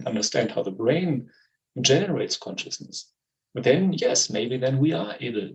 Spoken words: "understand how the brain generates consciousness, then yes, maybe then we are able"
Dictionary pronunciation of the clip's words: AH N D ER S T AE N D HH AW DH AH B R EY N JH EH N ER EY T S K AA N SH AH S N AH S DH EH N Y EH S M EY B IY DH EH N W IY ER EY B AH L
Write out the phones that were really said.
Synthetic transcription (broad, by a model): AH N D ER S T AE N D HH AW DH AH B R EY N JH EH N ER EY T S K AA N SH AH S N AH S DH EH N Y EH S M EY B IY DH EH N W IY ER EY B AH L